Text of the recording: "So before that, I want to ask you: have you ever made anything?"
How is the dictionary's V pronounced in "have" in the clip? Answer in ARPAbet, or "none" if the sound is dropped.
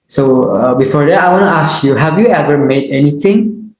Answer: V